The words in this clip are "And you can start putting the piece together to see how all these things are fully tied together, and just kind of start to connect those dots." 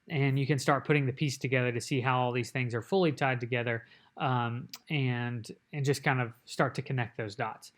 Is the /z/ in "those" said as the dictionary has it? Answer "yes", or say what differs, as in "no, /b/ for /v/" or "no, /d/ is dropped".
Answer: yes